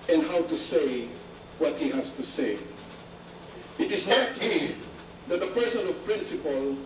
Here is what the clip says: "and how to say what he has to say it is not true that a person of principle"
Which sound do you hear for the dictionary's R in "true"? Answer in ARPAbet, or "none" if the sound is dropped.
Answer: none